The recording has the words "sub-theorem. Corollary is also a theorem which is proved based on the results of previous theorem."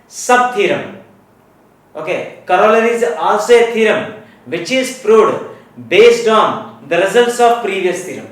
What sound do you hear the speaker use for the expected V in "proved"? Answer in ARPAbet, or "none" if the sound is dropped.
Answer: none